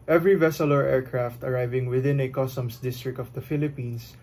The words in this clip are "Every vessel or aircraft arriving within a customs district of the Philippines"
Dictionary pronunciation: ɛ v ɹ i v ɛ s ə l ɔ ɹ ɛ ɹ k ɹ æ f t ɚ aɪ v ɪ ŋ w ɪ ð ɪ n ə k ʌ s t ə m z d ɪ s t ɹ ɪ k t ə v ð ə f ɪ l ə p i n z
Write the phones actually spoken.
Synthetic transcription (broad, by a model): ɛ v ɹ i v ɛ s ə l ɔ ɹ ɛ ɹ k ɹ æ f t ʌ aɪ v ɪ ŋ w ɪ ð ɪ n ə k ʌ s t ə m s d ɪ s t ɹ ɪ k t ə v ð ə f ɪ l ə p i n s